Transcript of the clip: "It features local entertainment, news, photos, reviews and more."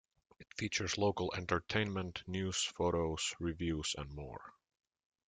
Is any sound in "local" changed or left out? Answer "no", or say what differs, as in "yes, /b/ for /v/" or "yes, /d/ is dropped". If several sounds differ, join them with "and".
no